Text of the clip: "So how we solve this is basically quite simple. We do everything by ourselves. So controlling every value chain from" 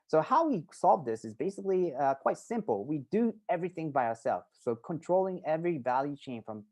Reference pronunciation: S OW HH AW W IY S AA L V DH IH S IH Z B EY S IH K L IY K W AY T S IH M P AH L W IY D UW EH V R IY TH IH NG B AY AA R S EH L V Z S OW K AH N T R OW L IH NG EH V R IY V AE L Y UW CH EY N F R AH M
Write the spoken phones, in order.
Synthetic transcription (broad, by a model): S OW HH AW W IY S AA L V DH IH S IH Z B EY S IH K L IY K W AY T S IH M P L W IY D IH EH V R IY TH IH NG B AY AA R S EH L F S OW K AH N T R OW L IH NG EH V R IY V AE L Y UW CH EY N F R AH M